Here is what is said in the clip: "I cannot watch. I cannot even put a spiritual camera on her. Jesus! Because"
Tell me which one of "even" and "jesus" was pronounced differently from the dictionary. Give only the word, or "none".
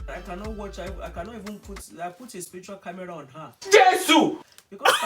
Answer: jesus